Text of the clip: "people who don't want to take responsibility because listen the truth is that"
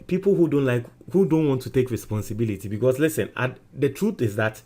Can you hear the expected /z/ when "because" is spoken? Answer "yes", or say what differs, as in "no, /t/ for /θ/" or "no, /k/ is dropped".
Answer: no, /s/ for /z/